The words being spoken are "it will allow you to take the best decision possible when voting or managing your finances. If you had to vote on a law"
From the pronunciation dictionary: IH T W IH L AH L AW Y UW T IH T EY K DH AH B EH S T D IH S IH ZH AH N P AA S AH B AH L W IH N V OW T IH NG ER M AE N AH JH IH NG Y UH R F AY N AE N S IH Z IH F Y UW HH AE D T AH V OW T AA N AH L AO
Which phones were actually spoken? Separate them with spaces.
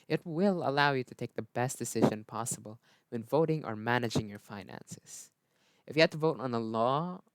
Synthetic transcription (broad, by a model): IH T W IH L AH L AW Y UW T IH T EY K DH AH B EH S T D IH S IH ZH AH N P AA S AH B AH L W IH N V OW T IH NG ER M AE N AH JH IH NG Y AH R F AY N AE N S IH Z IH F Y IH HH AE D T AH V OW T N AH L AO